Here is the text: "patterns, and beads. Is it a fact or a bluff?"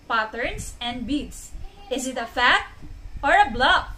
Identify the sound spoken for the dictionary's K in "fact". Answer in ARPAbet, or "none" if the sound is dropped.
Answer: none